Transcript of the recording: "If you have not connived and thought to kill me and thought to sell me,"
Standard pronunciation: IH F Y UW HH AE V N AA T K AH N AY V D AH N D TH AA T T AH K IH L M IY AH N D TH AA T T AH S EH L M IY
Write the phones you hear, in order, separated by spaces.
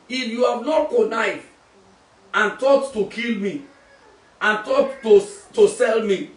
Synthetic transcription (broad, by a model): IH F Y UW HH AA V N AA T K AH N AY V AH N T AA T T AH K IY L M IY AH N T AA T T AH S EH L M IY